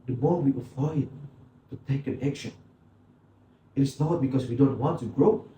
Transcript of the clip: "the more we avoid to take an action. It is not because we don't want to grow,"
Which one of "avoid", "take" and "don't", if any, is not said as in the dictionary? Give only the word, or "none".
avoid